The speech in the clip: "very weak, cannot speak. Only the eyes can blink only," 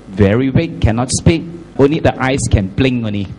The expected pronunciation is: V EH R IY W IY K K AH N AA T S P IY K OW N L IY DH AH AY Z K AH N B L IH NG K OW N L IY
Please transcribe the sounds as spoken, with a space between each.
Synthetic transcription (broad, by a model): V EH R IY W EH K K AH N AA T S P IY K OW N L IY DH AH AY S K AH N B L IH NG OW N L IY